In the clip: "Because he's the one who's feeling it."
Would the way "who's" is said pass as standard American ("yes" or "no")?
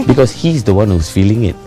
no